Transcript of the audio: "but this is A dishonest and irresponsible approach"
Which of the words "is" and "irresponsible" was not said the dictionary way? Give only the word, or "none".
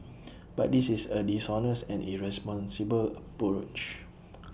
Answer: is